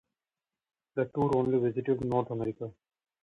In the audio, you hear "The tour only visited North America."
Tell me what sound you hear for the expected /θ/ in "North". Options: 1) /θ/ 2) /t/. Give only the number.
2